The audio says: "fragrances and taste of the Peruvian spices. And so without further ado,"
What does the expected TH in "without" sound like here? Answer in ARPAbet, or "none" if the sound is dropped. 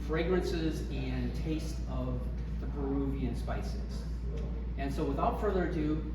TH